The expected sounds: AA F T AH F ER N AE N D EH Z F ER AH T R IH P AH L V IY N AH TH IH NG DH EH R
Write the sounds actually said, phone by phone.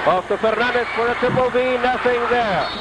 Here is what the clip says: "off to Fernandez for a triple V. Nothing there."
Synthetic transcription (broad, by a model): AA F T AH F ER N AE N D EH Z F ER AH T IH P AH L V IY N AH TH IH NG DH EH R